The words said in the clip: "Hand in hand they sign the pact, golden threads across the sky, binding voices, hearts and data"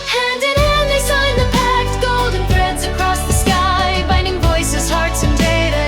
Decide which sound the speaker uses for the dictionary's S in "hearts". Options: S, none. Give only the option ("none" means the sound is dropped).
S